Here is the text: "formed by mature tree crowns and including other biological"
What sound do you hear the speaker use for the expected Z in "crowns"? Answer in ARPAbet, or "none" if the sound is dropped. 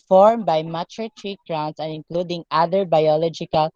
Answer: S